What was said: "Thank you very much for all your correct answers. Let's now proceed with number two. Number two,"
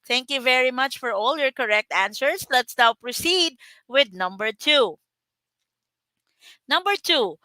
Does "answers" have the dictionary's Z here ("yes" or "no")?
no